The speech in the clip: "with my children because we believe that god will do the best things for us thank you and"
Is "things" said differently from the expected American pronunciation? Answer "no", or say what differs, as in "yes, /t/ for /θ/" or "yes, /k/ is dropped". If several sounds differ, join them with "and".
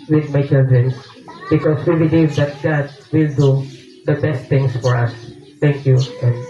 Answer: yes, /t/ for /θ/